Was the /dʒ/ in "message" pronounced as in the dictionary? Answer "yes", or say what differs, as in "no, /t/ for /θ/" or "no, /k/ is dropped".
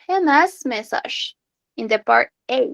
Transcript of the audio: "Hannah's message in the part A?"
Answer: no, /ʒ/ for /dʒ/